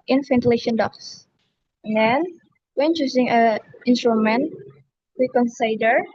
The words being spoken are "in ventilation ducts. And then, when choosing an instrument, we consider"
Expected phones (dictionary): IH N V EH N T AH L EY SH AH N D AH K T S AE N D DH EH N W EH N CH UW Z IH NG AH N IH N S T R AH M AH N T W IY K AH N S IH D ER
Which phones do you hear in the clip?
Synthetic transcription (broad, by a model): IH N F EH N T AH L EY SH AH N D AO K S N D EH N W EH N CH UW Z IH NG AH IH N S T R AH M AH N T W IY K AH N S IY D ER